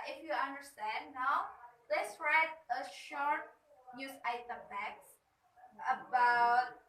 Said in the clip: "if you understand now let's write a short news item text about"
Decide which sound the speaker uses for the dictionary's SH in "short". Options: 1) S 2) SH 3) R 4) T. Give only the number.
2